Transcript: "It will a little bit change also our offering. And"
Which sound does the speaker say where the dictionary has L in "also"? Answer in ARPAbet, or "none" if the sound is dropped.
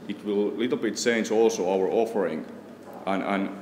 L